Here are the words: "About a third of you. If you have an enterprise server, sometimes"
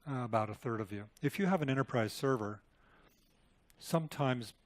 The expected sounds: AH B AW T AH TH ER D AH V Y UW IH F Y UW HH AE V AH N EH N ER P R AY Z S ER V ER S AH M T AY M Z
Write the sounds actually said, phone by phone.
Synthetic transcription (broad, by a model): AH B AW T AH TH ER D AH V Y UW IH F Y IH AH V AH N EH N ER P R AY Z S ER V ER S AH M T AY M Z